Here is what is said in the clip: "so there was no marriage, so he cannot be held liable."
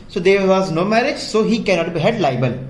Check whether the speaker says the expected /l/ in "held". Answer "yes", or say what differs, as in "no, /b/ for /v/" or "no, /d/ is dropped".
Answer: no, /l/ is dropped